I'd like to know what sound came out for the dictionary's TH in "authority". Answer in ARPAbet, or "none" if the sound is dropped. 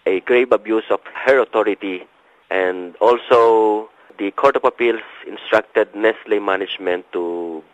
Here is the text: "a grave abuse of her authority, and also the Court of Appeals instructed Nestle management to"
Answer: T